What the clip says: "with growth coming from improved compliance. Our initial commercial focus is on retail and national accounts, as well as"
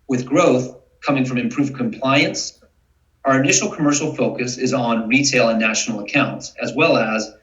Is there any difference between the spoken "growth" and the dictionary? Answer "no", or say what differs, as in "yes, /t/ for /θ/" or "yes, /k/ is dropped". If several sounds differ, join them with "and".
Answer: no